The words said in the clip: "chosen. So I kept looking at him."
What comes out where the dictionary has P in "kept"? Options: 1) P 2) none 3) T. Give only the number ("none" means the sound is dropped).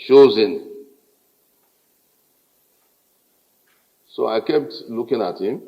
1